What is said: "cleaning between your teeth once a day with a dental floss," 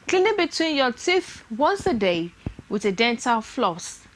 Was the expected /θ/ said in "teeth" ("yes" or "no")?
yes